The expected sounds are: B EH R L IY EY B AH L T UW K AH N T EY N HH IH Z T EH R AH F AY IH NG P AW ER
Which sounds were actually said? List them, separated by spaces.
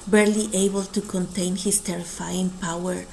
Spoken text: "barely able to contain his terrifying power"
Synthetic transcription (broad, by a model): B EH R L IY EY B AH L T UW K AH N T EY N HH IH S T EH R AH F AY IH NG P AW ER